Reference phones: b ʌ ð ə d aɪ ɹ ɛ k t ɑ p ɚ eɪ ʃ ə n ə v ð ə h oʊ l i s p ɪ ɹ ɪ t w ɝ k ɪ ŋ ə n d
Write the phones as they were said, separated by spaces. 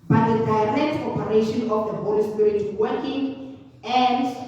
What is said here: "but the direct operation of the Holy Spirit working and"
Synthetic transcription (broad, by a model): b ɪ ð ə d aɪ ɹ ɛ k t ɑ p ɚ eɪ ʃ ə n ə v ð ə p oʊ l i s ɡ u ɪ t w ɝ k ɪ ŋ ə n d